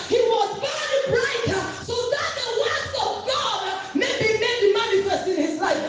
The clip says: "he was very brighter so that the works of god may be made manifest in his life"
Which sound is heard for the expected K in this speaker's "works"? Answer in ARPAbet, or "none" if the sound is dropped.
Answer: none